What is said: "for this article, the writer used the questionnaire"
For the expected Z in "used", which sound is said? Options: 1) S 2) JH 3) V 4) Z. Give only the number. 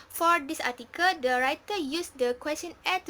1